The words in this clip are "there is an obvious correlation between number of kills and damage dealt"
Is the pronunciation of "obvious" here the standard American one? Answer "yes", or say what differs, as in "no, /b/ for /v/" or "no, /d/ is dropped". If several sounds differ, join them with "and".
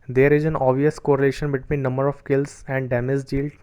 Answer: no, /b/ is dropped